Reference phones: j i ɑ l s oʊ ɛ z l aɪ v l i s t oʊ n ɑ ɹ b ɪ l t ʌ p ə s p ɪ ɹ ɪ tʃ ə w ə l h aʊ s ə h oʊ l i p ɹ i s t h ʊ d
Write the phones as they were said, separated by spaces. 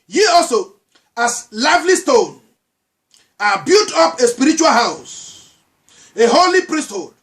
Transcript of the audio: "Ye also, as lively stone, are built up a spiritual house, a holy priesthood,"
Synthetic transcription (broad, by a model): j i ɑ l s oʊ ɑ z l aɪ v l i s t oʊ n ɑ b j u t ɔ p ə s p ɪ ɹ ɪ tʃ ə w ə l h aʊ s ə h oʊ l i p ɹ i s t h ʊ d